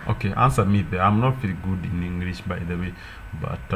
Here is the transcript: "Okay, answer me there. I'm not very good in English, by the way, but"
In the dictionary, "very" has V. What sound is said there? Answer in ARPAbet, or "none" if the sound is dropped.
F